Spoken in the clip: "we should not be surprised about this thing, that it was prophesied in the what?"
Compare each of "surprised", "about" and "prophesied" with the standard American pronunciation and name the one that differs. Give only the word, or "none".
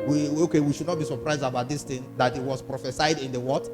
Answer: none